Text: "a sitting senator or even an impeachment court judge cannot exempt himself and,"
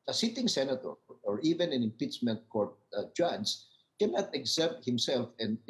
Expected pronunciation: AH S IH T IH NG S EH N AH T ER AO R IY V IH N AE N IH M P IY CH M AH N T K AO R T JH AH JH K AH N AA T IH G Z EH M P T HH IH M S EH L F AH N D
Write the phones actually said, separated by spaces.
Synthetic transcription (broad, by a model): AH S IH T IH NG S EH N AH T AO AO R IY V IH N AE N IH M P IY CH M AH N T K AO R T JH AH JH K AH N AA T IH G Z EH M T HH IH M S EH L F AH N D